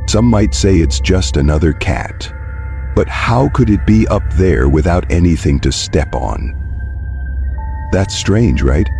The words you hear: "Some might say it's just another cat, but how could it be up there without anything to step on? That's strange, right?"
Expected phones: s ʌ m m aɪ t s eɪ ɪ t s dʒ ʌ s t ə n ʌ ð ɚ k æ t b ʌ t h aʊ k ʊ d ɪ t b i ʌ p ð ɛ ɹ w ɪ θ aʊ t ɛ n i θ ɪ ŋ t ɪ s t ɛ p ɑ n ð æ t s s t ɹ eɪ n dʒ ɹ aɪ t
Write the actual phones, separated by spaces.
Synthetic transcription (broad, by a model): s ʌ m m aɪ t s eɪ ɪ t s dʒ ʌ s t ə n ʌ ð ɚ k æ t b ʌ t h aʊ k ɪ d ɪ t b i ʌ p ð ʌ ɹ w ɪ θ aʊ t ɛ n i θ ɪ ŋ t ɪ s t ɛ p n ð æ t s s t ɹ eɪ n dʒ ɹ aɪ t